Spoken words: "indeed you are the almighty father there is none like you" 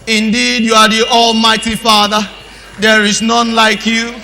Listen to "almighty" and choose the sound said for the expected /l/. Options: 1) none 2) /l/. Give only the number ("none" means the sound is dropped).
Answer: 2